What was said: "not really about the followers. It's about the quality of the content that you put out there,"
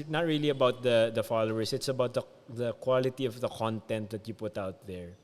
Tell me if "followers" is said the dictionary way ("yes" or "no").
no